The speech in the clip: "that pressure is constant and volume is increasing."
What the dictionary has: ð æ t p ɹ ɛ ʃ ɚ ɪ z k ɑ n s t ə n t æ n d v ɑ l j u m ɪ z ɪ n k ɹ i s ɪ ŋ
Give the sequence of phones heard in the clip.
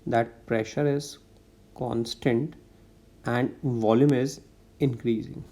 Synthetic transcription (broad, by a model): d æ t p ɹ ɛ ʃ ɚ ɪ z k ɑ n s t ə n t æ n d v ɑ l j u m ɪ z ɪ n k ɹ i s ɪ ŋ